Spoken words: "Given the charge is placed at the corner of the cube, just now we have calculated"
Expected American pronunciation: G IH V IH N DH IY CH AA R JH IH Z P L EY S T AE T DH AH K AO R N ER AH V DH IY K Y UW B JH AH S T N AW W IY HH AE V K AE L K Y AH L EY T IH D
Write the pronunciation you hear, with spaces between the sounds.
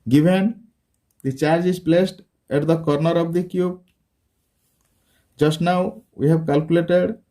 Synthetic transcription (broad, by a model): G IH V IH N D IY CH AA R JH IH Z P L EY S T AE T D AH K AO R N ER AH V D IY K Y UW B JH AH S T N AW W IY HH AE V K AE L K Y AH L EY T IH D